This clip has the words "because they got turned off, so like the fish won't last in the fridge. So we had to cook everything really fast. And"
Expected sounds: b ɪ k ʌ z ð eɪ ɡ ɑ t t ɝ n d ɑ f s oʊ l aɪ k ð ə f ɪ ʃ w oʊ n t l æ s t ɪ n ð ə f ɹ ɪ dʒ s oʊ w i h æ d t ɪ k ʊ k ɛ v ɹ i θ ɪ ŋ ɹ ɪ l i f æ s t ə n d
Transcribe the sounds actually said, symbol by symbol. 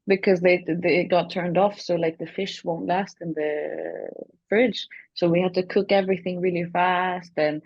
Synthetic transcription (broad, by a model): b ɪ k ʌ z ð eɪ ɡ ɑ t t ɝ n d ɑ f s oʊ l aɪ k ð ə f ɪ ʃ w oʊ n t l æ s t ɪ n ð ə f ɹ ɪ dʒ s oʊ w i h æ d t ɪ k ʊ k ɛ v ɹ i θ ɪ ŋ ɹ ɪ l i f æ s t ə n